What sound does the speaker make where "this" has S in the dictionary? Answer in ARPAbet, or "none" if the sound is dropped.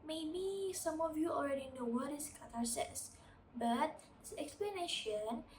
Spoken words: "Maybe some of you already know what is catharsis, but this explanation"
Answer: none